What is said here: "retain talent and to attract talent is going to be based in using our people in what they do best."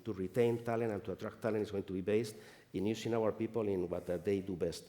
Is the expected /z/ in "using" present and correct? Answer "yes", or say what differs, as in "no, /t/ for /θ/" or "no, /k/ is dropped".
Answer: no, /s/ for /z/